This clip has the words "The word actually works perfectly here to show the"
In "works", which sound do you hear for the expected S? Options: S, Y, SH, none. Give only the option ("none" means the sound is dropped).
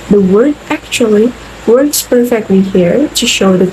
S